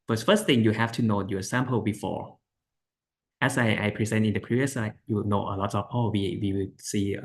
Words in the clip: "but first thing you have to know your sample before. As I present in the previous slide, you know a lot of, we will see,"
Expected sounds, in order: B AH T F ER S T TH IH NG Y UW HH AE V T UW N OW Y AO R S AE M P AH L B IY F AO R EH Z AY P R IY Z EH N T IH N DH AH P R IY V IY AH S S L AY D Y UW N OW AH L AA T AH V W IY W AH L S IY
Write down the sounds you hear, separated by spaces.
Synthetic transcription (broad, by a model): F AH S F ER S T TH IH NG Y UW HH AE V T UW N OW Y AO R S AE M P AH L B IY F AO R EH S AY P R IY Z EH N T IH N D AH P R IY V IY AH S S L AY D Y UW N OW AH L AA T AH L W IY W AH W S IY